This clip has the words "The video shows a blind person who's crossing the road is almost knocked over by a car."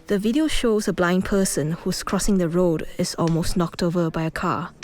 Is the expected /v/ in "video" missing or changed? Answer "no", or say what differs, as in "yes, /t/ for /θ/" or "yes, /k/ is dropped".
no